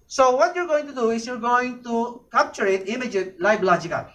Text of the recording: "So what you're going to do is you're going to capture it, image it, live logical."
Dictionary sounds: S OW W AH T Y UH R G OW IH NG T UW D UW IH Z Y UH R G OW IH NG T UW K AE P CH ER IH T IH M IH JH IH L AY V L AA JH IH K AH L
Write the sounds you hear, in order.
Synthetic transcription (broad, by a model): S OW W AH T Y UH R G OW IH NG T UW D UW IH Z Y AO R G OW IH NG T UW K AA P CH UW IH T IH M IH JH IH L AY B L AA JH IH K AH